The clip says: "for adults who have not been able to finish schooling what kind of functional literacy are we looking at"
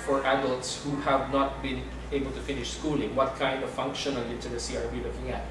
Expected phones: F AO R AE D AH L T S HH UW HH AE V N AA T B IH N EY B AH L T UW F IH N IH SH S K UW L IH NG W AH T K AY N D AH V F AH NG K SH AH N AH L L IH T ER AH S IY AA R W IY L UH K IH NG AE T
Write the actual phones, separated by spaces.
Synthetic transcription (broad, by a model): F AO R AE D AH L T S HH UW HH AE V N AA T B IH N EY B AH L T UW F IH N IH SH S K UW L IH NG W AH T K AY N D AH V F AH NG K SH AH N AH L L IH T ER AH S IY AA R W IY L UH K IH NG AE T